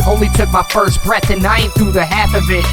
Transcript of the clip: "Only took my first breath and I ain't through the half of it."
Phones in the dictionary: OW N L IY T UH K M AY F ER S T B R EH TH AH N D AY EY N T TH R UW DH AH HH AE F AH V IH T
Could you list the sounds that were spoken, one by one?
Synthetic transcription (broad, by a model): OW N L IY T UH K M AY F ER S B R EH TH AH N AY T TH R UW DH AH HH AE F AH V IH T